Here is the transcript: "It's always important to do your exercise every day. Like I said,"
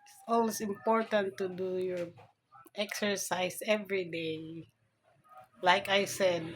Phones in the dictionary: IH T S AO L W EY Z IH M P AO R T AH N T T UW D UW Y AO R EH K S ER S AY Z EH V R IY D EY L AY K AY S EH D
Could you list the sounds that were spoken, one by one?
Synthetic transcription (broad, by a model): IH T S AO L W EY S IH M P AO R T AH N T T UW D UW Y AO R EH K S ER S AY S EH V R IY D EY L AY K AY S EH D